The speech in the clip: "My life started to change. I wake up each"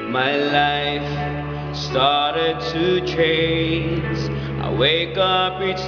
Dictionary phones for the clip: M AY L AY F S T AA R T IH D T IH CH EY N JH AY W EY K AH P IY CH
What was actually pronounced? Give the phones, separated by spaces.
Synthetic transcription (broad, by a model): M AY L AY F S T AA R T IH D T IH CH EY N Z AY W EY K AH P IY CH